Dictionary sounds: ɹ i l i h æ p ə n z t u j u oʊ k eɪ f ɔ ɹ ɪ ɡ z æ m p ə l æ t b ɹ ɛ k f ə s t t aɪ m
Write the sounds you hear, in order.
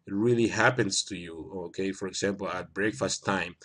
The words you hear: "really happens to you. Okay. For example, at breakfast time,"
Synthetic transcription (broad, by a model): ɹ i l i h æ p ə n s t u j u oʊ k eɪ f ɔ ɹ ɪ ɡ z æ m p l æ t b ɹ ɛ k f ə s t t aɪ m